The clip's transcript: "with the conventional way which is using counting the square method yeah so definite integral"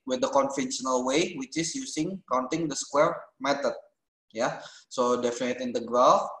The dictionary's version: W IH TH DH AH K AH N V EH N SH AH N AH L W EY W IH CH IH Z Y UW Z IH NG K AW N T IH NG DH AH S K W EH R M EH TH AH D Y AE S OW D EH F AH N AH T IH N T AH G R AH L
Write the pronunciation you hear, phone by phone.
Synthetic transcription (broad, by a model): W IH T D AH K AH N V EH N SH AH N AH L W EY W IH CH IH S Y UW S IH NG K AW N T IH NG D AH S K W EH R M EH T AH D Y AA S OW D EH F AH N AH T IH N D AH G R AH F